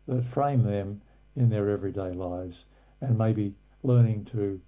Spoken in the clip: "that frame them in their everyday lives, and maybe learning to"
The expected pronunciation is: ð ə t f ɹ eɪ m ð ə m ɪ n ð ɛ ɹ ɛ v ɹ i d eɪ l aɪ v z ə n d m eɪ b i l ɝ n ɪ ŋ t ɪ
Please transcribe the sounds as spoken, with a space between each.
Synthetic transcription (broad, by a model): ð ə t f ɹ eɪ m ð ə m ɪ n ð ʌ ɹ ɛ v ɹ i d eɪ l aɪ v z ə n m eɪ b i l ɝ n ɪ ŋ t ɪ